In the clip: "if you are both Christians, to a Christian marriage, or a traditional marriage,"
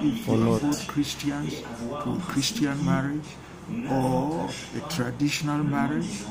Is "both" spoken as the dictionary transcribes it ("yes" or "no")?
no